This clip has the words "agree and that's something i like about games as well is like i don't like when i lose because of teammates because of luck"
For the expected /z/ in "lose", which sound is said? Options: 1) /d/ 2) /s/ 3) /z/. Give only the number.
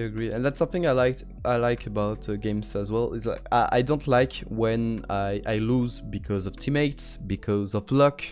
3